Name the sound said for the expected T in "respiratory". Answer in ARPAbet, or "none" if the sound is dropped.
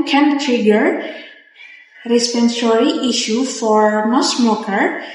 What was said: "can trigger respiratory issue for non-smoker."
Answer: S